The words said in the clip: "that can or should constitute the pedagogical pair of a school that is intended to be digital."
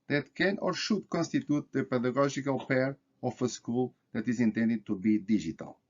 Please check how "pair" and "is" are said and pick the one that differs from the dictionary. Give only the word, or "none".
none